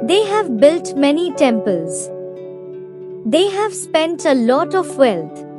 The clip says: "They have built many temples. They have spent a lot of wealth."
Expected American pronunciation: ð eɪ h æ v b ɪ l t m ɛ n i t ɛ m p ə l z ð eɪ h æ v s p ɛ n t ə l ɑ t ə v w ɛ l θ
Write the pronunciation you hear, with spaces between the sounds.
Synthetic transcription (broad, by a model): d eɪ h æ v b ɪ l t m ɛ n i t ɛ m p ə l z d eɪ h æ v s p ɛ n t ə l ɑ t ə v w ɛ l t